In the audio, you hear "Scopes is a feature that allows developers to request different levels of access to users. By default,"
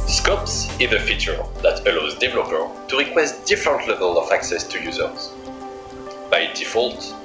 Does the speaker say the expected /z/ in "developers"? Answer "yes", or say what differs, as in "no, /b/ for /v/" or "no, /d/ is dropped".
no, /z/ is dropped